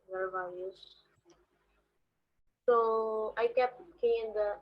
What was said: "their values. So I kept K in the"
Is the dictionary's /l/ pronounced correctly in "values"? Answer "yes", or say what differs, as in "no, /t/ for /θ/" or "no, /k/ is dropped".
no, /l/ is dropped